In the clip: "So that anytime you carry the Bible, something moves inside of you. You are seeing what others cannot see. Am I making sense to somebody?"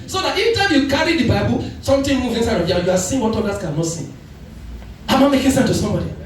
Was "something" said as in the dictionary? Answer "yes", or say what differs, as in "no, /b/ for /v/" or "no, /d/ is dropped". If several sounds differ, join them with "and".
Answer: no, /t/ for /θ/